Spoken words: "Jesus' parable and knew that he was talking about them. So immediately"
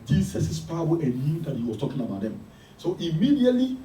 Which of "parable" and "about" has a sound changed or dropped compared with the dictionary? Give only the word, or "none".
parable